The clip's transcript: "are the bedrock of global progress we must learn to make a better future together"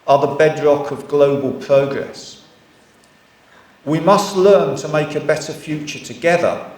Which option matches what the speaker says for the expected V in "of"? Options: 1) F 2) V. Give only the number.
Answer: 2